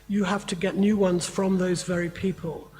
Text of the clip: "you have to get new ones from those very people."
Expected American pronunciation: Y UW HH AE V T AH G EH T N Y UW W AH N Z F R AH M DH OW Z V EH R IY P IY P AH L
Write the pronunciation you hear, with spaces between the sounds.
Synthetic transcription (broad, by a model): Y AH HH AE F T AH G EH T N Y UW W AH N Z F R AH M DH OW Z V EH R IY P IY P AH L